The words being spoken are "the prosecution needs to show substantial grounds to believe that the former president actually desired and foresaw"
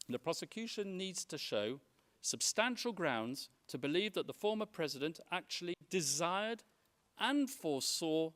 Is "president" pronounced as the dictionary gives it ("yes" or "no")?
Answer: yes